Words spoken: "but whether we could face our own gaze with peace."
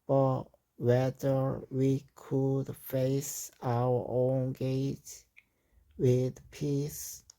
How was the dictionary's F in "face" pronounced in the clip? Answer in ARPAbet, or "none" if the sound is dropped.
F